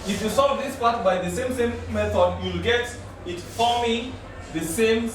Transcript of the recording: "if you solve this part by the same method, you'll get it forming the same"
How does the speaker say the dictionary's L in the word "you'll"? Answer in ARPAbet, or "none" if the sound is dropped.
L